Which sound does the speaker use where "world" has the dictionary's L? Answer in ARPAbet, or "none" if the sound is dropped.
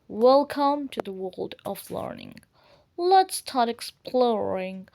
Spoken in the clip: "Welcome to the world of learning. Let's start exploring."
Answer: L